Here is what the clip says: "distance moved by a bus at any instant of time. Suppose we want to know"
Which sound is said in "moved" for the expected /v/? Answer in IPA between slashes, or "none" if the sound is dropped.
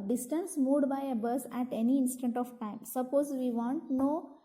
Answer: none